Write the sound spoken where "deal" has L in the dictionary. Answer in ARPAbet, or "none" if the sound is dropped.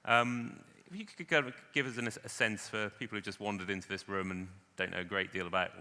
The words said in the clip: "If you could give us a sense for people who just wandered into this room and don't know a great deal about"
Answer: L